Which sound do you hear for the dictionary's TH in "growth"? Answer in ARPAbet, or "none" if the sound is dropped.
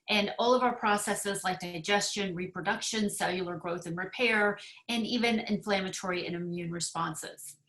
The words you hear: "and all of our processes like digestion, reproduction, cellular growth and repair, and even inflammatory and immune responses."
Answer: TH